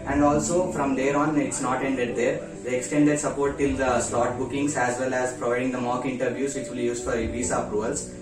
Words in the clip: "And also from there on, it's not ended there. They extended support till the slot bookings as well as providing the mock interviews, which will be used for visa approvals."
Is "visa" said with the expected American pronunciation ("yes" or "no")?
no